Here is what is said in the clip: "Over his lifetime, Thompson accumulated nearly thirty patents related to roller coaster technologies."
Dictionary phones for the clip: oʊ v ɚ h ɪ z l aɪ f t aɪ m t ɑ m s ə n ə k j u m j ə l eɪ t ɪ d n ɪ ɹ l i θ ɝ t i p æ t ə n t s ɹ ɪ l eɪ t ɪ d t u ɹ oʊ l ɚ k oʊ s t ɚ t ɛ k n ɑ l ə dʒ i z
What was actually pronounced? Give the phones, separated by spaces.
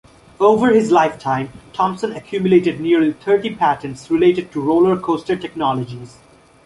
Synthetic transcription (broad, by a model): oʊ v ɚ h ɪ z l aɪ f t aɪ m t ɑ m s ə n ə k j u m j ə l eɪ t ɪ d n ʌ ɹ l i t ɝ t i p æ t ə n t s ɹ ɪ l eɪ t ɪ d t u ɹ oʊ l ɚ k oʊ s t ɚ t ɛ k n ɑ l ə dʒ i z